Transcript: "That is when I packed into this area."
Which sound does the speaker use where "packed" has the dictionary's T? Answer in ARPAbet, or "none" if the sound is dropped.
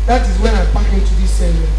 none